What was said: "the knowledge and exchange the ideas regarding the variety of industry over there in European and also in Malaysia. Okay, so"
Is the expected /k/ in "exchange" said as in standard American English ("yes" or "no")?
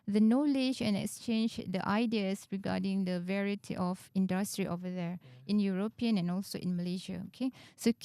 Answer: yes